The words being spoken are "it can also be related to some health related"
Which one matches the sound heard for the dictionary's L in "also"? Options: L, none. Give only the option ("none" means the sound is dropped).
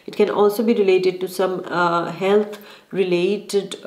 L